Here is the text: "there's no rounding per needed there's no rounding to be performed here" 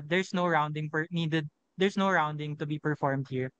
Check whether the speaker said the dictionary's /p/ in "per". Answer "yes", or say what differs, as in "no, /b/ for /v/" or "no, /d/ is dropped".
no, /f/ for /p/